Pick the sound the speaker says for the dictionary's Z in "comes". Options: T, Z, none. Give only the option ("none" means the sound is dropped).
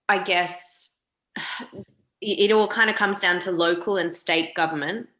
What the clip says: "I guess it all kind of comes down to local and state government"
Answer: Z